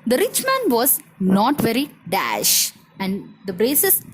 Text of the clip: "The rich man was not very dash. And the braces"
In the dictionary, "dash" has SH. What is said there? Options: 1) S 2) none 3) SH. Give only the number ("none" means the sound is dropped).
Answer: 3